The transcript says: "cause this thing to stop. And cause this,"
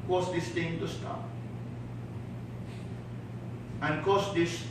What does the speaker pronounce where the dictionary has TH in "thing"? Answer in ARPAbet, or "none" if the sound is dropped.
T